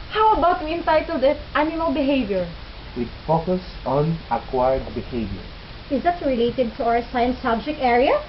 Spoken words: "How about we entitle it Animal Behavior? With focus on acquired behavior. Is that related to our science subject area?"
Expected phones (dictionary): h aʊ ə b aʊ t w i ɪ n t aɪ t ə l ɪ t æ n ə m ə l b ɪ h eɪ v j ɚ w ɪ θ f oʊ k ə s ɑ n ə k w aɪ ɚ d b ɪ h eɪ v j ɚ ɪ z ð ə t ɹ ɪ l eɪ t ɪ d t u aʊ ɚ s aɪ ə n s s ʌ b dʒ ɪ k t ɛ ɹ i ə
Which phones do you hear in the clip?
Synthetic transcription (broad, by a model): h aʊ ə b aʊ t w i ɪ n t aɪ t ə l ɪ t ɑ ə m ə n b ɪ h eɪ v j ɚ w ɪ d f oʊ k ə s ɑ n ə k w aɪ ɚ d b ɪ h eɪ v j ɚ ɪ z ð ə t ɹ ɪ l eɪ t ɪ d t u aʊ ɚ s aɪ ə n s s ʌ b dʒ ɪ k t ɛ ɹ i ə